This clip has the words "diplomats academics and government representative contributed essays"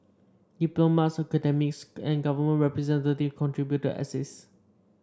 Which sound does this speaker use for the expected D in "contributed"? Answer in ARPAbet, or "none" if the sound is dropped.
none